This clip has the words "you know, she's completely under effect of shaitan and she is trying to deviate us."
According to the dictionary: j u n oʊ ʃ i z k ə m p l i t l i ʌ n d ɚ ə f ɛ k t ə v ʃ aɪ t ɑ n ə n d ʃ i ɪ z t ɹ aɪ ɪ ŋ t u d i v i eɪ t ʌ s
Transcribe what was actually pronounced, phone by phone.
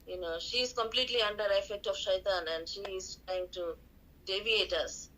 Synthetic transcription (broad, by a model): j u n oʊ ʃ i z k ə m p l i t l i ʌ n d ɚ ə f ɛ k t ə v ʃ aɪ t ɑ n ə n d ʃ i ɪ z t ɹ aɪ ɪ ŋ t u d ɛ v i eɪ t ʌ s